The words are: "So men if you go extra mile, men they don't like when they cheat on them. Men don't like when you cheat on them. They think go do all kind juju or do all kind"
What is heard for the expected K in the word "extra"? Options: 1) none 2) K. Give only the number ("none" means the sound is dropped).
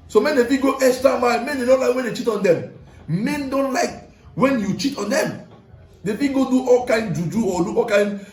1